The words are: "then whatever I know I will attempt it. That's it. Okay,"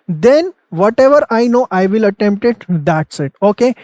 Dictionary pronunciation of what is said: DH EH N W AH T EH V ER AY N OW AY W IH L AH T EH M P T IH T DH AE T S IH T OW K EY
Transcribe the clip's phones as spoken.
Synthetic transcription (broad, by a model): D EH N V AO T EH V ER AY N OW AY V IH L AH T EH M P T IH T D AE T S IH T OW K EY